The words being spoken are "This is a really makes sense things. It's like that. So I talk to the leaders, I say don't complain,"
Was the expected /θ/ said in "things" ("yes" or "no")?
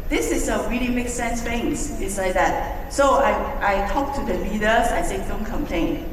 no